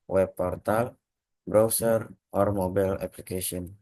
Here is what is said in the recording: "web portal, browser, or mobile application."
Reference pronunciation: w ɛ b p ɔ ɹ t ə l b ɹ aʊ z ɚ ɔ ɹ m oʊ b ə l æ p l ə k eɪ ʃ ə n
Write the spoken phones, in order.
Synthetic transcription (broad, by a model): w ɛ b p ɔ ɹ t ə l b ɹ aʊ s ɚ ɔ ɹ m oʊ b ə l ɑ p l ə k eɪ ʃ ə n